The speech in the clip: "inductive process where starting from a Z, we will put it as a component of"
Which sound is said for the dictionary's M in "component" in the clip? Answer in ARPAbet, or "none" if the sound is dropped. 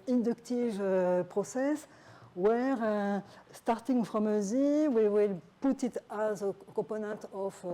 none